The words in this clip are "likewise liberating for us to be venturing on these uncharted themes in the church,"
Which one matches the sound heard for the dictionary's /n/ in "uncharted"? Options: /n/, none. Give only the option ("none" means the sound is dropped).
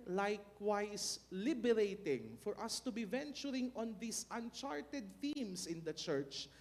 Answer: /n/